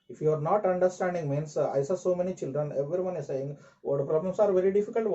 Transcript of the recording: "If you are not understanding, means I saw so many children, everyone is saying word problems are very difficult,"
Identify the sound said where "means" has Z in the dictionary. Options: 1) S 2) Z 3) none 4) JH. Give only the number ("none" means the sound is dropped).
1